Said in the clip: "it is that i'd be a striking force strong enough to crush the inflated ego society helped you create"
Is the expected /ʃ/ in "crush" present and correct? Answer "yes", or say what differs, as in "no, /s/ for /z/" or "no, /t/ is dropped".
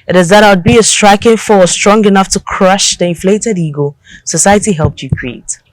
yes